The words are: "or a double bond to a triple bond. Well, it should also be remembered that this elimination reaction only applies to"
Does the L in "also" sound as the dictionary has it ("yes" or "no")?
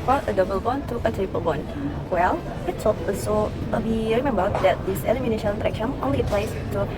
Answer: no